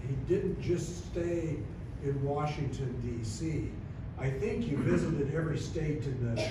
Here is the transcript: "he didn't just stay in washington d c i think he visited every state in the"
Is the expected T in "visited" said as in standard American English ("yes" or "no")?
yes